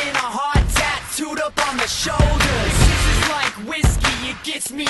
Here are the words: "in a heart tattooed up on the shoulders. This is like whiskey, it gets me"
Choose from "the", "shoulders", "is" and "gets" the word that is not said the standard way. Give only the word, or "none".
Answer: is